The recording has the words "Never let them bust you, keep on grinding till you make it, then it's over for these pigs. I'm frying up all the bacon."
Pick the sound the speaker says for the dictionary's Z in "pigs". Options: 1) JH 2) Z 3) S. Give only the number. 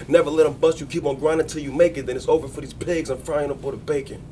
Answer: 2